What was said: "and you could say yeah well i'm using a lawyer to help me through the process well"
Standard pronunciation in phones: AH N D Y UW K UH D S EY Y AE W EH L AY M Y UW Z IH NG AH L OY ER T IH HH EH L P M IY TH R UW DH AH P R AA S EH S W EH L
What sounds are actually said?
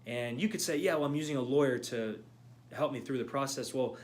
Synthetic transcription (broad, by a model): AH N Y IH K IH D S EY Y AE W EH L AY M Y UW Z IH NG AH L OY ER T IH HH EH L P M IY TH R UW DH AH P R AA S EH S W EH L